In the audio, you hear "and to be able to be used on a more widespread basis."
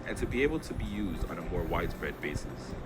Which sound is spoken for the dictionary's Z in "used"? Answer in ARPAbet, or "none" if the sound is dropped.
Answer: Z